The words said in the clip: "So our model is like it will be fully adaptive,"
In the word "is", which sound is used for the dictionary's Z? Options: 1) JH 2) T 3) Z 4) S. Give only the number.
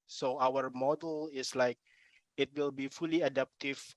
4